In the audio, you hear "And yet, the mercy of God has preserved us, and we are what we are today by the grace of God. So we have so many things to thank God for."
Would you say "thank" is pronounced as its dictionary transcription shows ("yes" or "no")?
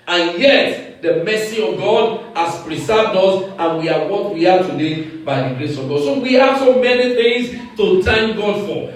no